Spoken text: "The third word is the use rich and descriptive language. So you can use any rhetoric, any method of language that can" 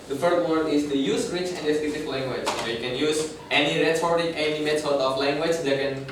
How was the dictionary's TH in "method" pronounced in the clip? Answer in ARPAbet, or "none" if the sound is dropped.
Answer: S